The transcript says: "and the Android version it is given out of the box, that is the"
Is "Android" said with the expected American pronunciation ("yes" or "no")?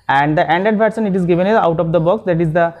no